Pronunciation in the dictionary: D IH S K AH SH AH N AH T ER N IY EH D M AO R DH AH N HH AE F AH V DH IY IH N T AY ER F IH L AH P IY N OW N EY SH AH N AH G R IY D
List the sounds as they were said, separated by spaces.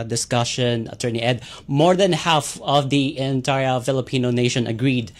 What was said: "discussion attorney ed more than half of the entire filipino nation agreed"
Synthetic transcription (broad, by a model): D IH S K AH SH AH N AH T ER N IY EH D M AO R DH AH N HH AE F AH V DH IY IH N T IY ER F IH L AH P IY N OW N EY SH AH N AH G R IY D